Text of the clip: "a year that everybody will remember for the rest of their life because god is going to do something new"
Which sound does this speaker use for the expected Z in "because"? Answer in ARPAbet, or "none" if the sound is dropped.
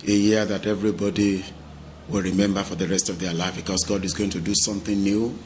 S